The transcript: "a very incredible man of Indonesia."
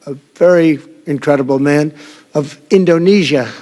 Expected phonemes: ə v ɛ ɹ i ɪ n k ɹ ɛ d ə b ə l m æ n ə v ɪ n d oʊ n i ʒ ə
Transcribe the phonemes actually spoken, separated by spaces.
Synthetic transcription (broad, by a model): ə v ɛ ɹ i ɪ n k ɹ ɛ d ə b l m æ n ə v ɪ n d oʊ n i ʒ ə